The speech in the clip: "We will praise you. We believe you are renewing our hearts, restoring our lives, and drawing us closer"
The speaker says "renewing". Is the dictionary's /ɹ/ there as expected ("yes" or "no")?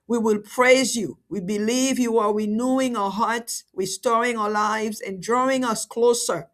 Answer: no